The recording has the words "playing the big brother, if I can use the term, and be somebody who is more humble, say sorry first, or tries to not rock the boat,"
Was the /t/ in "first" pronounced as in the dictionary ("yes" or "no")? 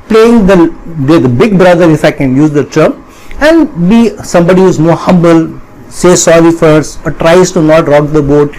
no